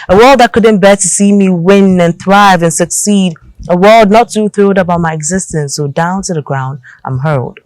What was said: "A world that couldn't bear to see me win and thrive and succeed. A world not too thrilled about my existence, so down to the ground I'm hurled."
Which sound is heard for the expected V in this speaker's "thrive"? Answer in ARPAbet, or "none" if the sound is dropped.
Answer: V